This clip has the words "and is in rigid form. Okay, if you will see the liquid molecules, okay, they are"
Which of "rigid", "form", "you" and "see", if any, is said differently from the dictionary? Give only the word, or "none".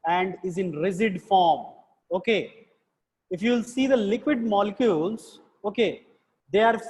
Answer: rigid